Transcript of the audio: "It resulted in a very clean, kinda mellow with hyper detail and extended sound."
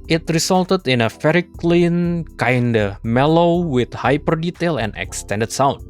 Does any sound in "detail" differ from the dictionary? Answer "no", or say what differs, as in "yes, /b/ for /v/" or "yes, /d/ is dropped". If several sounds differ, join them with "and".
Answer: no